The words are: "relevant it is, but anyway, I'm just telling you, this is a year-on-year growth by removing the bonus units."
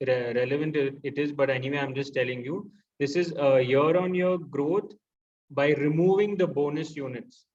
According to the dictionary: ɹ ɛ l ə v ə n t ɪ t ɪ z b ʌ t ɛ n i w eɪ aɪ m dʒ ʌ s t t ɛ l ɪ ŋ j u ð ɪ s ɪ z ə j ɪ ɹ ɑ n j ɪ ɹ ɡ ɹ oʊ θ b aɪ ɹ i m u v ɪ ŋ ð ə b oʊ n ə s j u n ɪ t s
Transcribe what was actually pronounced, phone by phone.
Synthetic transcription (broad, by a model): ɹ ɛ l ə v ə n t ɪ t ɪ z b ʌ t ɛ n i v eɪ aɪ m dʒ ʌ s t t ɛ l ɪ ŋ j u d ɪ s ɪ z ə j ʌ ɹ ɑ n j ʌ ɹ ɡ ɹ oʊ t b aɪ ɹ i m u v ɪ ŋ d ə b oʊ n ə s j u n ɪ t s